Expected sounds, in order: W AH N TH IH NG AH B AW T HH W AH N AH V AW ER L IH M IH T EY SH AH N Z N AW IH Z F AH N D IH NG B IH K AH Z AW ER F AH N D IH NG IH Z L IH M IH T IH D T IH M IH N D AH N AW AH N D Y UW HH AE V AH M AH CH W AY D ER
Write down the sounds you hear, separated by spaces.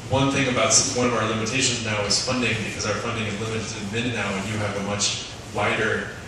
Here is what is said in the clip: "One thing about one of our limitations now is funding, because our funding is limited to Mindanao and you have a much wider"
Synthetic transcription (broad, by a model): W AH N TH IH NG AH B AW T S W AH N AH V AW ER L IH M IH T EY SH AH N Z N AW IH Z F AH N D IH NG B IH K AH Z AW ER F AH N D IH NG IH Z L IH M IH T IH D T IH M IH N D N AW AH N Y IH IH V AH M AH CH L AY D ER